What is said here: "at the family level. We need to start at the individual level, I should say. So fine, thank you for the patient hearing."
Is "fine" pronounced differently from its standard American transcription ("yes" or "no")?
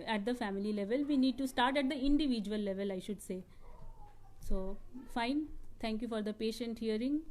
no